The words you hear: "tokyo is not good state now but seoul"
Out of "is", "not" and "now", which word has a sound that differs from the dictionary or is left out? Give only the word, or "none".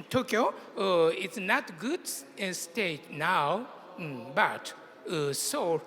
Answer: is